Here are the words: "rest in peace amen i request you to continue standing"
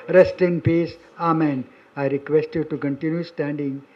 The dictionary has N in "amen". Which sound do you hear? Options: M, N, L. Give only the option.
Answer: N